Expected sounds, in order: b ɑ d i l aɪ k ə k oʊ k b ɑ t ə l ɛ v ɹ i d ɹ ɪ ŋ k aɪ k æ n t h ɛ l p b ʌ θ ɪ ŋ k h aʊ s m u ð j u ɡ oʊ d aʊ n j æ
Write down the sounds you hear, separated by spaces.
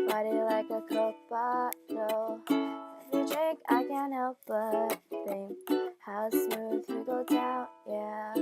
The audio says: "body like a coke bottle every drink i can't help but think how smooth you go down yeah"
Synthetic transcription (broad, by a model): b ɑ d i l aɪ k ə k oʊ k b ɑ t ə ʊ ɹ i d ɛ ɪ k aɪ k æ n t h ɛ l p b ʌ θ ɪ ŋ h aʊ s m u ð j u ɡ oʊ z aʊ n j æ